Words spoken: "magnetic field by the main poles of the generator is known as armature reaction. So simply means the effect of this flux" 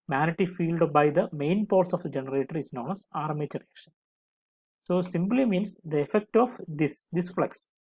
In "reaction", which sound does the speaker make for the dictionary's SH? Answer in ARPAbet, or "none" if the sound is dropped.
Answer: SH